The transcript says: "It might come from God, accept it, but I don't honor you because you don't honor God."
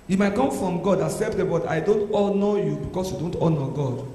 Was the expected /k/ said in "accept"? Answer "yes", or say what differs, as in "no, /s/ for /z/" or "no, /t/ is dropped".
no, /k/ is dropped